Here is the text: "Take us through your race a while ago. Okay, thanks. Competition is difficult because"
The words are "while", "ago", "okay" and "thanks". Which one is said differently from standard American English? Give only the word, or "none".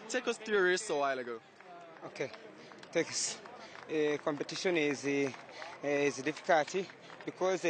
thanks